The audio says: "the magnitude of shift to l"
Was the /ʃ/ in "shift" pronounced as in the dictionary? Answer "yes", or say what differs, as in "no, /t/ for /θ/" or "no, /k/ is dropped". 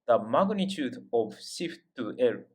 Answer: no, /s/ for /ʃ/